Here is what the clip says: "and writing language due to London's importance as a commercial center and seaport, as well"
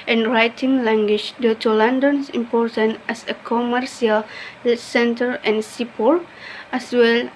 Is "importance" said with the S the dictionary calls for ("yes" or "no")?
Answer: no